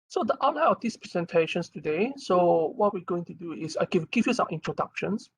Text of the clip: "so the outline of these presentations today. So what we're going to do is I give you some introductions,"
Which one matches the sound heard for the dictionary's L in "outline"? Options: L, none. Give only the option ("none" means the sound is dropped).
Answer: none